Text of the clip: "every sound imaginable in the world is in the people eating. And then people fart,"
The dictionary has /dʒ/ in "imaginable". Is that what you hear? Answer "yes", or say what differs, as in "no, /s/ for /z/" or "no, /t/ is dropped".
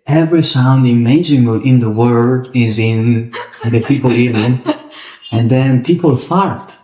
no, /dʒ/ is dropped